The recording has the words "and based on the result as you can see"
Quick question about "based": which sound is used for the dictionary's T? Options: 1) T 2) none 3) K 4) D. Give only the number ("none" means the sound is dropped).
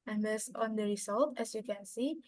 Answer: 2